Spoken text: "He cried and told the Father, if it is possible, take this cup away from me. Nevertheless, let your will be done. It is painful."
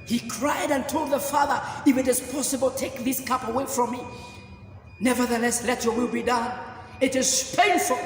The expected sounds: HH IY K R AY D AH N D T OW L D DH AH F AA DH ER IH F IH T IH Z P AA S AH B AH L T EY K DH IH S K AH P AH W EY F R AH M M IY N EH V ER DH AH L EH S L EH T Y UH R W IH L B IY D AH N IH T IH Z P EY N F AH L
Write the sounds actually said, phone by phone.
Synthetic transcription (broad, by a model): HH IY K R AY D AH N T OW L D DH AH F AA DH ER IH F IH T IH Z P AA S AH B AH L T EY K DH IH S K AH P AH W EY F R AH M M IY N EH V ER DH AH L EH S L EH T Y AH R W IH L B IY D AH N IH T IH Z P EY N F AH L